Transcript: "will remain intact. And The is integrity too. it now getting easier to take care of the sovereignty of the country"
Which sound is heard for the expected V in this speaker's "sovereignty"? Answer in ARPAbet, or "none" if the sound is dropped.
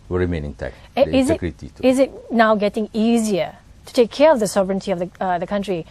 B